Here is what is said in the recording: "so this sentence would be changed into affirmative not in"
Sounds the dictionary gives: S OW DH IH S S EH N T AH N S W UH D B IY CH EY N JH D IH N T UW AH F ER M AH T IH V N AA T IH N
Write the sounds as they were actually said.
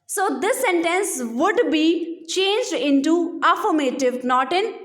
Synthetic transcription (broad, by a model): S OW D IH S S EH N T AH N S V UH D B IY CH EY N JH D IH N T UW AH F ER M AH T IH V N AA T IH N